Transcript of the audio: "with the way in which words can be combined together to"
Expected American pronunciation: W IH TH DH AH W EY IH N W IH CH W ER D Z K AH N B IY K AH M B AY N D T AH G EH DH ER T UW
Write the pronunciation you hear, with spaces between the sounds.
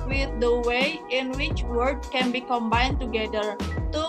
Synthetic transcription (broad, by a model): W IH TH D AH W EY IH N W IH CH W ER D K AH N B IY K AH M B AY N T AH G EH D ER T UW